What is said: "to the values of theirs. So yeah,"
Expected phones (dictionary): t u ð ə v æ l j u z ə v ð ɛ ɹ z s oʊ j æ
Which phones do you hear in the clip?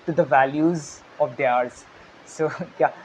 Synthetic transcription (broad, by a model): t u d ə v æ l j u z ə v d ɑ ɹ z s oʊ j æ